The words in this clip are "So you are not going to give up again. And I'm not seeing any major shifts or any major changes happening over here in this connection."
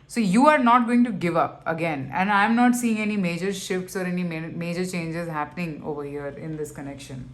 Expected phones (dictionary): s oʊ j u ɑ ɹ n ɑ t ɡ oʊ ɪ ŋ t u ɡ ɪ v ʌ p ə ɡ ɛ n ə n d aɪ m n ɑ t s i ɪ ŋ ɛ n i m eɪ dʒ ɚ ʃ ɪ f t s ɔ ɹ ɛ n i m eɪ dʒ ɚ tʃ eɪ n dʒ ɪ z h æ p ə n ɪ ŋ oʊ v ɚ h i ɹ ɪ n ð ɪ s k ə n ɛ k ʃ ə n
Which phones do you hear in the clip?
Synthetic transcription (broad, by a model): s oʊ j u ɑ ɹ n ɑ t ɡ oʊ ɪ ŋ t u ɡ ɪ v ʌ p ə ɡ ɛ n ə n d aɪ m n ɑ t s i ɪ ŋ ɛ n i m eɪ dʒ ɚ ʃ ɪ f t s ɔ ɹ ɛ n i m eɪ dʒ ɚ tʃ eɪ n dʒ ɪ z h æ p ə n ɪ ŋ oʊ v ɚ h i ɹ ɪ n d ɪ s k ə n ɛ k ʃ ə n